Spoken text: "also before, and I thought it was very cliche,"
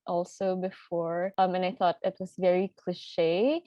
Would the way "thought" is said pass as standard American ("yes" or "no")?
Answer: yes